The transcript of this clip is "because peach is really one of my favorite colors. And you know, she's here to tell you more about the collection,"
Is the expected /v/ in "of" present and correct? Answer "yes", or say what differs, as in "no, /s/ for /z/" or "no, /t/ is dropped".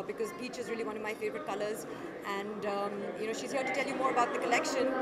yes